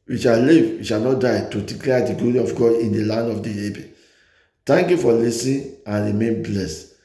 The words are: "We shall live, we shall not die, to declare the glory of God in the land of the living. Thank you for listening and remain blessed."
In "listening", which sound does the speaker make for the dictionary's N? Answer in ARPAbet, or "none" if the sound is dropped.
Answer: none